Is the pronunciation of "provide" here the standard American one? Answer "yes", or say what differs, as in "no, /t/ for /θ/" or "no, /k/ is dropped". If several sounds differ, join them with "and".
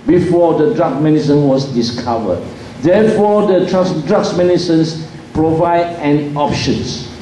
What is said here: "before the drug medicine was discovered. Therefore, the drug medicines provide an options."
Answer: yes